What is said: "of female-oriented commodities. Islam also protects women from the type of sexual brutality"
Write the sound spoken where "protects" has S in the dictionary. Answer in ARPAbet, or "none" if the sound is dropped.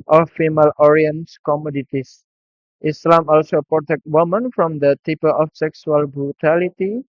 none